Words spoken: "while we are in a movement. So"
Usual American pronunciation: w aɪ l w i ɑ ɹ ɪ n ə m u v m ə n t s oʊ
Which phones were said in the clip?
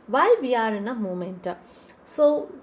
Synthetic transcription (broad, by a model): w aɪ l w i ɑ ɹ ɪ n ə m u m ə n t s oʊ